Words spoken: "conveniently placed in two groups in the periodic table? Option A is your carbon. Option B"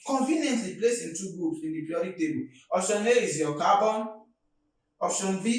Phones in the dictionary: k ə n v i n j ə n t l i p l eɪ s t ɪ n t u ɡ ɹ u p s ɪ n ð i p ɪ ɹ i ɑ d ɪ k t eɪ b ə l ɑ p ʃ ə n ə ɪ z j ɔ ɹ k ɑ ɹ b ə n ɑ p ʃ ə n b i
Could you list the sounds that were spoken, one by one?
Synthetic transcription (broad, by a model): k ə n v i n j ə n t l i p l eɪ s ɪ n t u ɡ ɹ u p s ɪ n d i p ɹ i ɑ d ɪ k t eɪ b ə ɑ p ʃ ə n ə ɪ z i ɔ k ɑ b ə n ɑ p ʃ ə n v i